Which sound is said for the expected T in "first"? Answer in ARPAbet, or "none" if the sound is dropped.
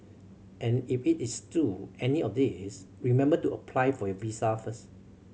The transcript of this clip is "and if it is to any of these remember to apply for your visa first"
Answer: none